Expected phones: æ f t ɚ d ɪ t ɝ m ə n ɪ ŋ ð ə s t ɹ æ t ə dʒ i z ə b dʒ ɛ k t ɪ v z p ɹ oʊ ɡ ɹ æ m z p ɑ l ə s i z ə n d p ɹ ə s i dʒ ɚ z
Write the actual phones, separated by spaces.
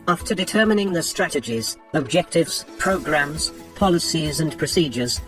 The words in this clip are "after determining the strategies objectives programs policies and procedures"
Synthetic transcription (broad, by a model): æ f t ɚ d ɪ t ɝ m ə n ɪ ŋ ð ə s t ɹ æ t ə dʒ i z ə b dʒ ɛ k t ɪ v z p ɹ oʊ ɡ ɹ æ m z p ɑ l ə s i z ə n p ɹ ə s i dʒ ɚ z